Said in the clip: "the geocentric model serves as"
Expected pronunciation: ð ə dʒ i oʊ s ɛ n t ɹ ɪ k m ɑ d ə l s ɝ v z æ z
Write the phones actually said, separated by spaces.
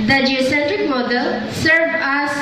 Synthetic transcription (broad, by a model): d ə dʒ i oʊ s ɛ n t ɹ ɪ k m ɑ d ə l s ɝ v æ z